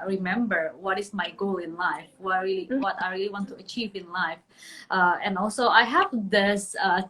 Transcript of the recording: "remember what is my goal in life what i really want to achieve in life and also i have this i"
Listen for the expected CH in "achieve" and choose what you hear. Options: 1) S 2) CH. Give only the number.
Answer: 2